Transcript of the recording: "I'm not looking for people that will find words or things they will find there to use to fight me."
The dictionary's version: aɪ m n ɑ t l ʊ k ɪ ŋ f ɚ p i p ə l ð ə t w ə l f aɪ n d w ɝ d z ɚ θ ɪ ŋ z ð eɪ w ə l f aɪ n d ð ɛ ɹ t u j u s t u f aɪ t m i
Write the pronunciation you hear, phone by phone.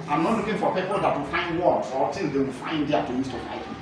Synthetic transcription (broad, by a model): aɪ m n ɑ t l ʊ k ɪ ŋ f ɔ p i p ə l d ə t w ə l f aɪ n d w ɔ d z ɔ t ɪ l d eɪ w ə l f aɪ n d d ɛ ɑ t u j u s t u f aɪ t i